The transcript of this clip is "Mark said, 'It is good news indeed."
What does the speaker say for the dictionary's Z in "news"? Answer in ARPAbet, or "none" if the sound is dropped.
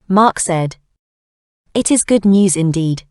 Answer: Z